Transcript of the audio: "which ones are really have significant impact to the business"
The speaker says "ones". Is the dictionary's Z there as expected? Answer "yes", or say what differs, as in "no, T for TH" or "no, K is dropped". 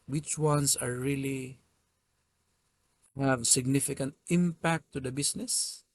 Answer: no, S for Z